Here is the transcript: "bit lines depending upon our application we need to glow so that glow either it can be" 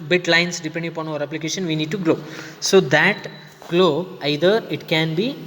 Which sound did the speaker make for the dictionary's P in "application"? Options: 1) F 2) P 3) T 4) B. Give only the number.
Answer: 2